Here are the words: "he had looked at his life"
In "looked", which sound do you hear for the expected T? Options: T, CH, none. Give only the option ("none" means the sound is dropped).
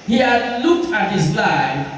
T